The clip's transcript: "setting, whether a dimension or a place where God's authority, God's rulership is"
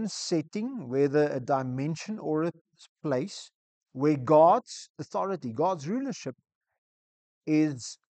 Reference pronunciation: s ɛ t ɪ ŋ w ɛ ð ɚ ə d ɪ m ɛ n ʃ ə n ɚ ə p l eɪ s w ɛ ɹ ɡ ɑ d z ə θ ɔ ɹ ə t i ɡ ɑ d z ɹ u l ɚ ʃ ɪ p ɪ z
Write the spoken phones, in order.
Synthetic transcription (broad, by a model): s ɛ t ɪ ŋ w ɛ ð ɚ ə d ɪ m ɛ n ʃ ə n ɚ ə p l eɪ s w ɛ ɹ ɡ ɑ d z ə θ ɔ ɹ ə t i ɡ ɑ d z ɹ u l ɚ ʃ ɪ p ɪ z